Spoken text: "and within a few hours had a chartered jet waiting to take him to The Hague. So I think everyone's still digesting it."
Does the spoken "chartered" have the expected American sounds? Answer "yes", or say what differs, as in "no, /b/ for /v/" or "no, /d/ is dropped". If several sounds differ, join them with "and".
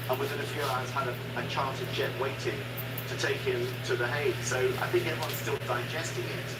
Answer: no, /l/ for /ɹ/